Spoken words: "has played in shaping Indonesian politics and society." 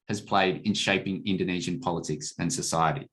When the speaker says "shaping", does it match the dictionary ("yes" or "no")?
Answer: yes